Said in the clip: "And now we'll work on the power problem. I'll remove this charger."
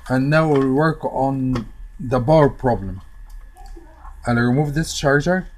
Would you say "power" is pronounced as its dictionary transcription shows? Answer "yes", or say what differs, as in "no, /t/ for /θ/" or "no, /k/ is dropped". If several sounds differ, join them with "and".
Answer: no, /b/ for /p/